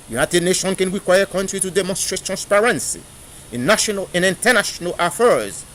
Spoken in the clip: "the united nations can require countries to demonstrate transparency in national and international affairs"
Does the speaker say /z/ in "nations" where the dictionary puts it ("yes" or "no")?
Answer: no